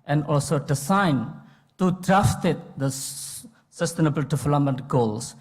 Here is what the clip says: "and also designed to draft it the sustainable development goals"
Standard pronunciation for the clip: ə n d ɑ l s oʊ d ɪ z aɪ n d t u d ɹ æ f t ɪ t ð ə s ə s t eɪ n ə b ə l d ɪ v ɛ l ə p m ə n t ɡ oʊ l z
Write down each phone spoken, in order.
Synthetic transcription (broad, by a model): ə n d ɑ l s oʊ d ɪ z aɪ n t u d ɹ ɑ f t ɪ t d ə s ə s t eɪ n ə b ə l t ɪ f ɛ l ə m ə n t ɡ oʊ l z